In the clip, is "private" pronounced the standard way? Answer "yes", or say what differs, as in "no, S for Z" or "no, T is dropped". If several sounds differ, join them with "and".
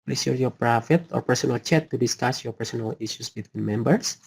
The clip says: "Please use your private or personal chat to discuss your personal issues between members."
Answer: no, F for V